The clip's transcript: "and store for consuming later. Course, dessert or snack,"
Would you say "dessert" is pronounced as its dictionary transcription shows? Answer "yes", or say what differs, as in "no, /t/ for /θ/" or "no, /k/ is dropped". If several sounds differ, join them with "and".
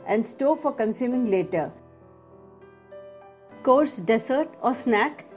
no, /s/ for /z/